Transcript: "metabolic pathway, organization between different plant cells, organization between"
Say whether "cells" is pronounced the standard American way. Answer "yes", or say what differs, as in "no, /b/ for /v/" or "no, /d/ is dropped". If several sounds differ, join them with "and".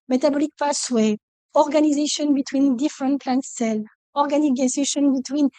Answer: no, /z/ is dropped